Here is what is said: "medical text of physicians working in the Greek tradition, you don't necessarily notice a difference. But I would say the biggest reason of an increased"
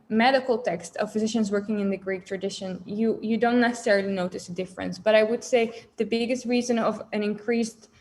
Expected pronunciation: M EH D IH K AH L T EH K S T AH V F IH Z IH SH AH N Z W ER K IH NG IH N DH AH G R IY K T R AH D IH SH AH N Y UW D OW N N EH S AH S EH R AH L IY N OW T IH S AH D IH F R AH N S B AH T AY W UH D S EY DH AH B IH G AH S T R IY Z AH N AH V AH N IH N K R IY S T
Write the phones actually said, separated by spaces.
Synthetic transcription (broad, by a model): M EH D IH K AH L T EH K S T AH V F IH Z IH SH AH N Z W ER K IH NG IH N DH AH G R IY K T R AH D IH SH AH N Y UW D OW N N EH S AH S EH R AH L IY N OW T IH S AH D IH F R AH N S B AH T AY W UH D S EY DH AH B IH G AH S T R IY Z AH N AH V AH N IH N K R IY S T